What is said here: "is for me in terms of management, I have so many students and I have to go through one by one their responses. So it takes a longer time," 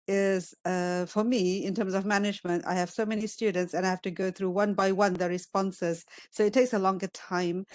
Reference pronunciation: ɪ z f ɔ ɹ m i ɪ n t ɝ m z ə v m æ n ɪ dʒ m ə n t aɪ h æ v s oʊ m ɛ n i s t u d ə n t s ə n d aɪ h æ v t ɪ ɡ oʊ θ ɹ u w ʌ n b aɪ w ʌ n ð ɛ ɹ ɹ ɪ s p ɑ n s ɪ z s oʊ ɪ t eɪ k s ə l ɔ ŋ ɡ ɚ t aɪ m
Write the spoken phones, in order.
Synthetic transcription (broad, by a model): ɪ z f ɔ ɹ m i ɪ n t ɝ m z ə v m æ n ɪ dʒ m ə n t aɪ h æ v s oʊ m ɛ n i s t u d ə n t s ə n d aɪ h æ f t ɪ ɡ oʊ θ ɹ u w ʌ n b aɪ w ʌ n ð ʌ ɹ ɹ ɪ s p ɑ n s ɪ z s oʊ ɪ t eɪ k s ə l ɔ ŋ ɡ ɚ t aɪ m